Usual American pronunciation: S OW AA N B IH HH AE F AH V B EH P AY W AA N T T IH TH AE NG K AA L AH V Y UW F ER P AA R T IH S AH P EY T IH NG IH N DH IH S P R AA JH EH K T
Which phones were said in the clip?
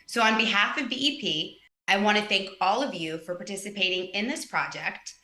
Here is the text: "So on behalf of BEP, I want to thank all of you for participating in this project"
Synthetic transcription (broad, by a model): S OW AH N B IH HH AE F AH V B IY P AY W AA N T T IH TH AE NG K AA L AH V Y UW F ER P AA R T IH S AH P EY T IH NG IH N DH IH S P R AA JH EH K T